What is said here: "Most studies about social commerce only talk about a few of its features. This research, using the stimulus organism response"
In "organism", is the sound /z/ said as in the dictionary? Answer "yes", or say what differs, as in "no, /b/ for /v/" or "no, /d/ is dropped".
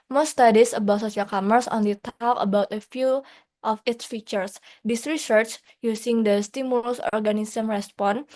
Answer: no, /s/ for /z/